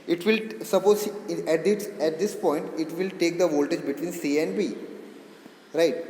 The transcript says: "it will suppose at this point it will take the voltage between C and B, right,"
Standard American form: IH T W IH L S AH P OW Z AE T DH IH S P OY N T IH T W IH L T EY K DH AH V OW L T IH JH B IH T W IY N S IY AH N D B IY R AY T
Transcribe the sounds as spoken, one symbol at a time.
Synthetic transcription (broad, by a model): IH T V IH L S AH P OW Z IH T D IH S P OY N T IH T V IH L T EY K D AH V OW L T IH JH B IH T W IY N S IY AH N D B IY R AY T